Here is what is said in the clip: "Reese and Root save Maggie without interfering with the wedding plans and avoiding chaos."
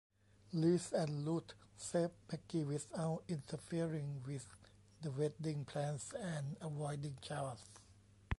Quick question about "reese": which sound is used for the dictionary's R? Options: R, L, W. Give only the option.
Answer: L